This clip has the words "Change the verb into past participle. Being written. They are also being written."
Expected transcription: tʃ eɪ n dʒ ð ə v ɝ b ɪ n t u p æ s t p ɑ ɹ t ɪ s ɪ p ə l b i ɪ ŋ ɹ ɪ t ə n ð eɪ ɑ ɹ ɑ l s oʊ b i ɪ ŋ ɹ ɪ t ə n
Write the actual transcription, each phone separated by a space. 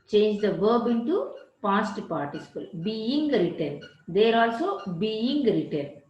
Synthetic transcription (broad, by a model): tʃ eɪ n dʒ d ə v ɝ b ɪ n t u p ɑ s t p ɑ ɹ t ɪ s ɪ p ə l b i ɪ ŋ ɹ ɪ t ə n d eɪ ɹ ɑ l s oʊ b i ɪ ŋ ɹ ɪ t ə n